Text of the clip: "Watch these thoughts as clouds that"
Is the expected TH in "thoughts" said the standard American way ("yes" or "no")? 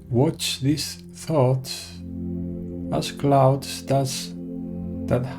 yes